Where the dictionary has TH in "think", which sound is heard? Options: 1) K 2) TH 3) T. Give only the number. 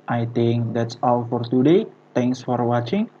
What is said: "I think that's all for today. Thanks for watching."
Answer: 3